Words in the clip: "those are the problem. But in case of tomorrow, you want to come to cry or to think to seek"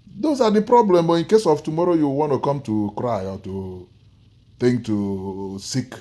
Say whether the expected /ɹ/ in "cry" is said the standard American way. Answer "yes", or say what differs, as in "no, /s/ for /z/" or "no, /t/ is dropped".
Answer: yes